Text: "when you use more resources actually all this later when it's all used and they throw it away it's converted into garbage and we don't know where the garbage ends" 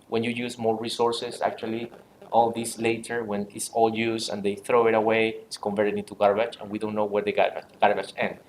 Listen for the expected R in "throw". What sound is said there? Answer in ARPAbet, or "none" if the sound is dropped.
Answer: R